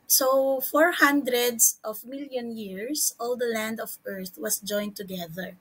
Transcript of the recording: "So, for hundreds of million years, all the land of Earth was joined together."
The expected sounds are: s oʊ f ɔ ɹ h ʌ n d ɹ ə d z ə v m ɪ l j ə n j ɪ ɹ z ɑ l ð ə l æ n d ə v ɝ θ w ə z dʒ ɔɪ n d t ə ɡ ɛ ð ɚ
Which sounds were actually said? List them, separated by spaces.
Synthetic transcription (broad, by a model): s oʊ f ɔ ɹ h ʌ n d ɹ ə d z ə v m ɪ l j ə n j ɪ ɹ s ɑ l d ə l æ n d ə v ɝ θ w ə s dʒ ɔɪ n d t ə ɡ ɛ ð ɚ